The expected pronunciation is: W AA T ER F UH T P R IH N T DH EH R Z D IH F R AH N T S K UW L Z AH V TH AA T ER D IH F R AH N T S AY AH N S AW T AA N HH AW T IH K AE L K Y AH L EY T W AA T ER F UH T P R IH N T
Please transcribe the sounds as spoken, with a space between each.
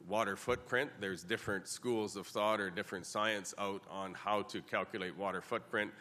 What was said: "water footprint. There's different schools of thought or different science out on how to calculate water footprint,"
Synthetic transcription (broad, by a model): W AA T ER F UH T P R IH N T DH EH R Z D IH F R AH N T S K UW L Z AH V TH AA T ER D IH F R AH N T S AY AH N S AW T N HH AW T IH K AE L K Y AH L EY T W AA T ER F UH T P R IH N T